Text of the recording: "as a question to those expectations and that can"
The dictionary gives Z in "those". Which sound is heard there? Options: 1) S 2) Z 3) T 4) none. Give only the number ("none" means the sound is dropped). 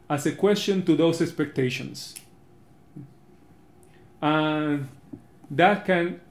1